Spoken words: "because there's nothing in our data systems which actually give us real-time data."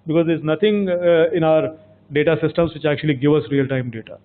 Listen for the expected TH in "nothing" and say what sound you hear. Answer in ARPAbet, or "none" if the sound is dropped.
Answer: T